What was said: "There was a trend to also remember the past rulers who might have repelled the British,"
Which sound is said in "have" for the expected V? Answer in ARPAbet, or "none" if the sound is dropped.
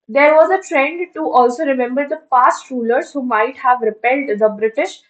V